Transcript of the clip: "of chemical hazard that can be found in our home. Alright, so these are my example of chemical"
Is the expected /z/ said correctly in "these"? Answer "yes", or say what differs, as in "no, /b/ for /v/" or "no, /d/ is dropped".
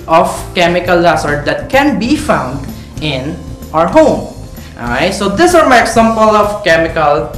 no, /s/ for /z/